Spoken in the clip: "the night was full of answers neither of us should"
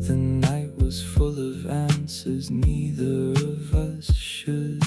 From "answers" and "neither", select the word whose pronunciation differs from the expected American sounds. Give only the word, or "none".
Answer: none